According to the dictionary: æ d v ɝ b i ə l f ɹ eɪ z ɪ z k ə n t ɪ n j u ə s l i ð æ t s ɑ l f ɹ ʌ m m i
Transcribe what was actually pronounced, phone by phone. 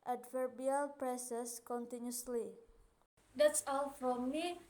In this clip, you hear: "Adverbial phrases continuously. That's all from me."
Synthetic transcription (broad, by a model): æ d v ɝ b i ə l p ɹ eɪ s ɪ s k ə n t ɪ n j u s l i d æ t s ɑ l f ɹ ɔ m m i